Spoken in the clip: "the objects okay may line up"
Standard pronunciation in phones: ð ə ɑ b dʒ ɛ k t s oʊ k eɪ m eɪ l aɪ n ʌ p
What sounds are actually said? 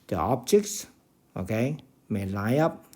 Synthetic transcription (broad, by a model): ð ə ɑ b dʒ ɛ k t s oʊ k eɪ m eɪ l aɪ ʌ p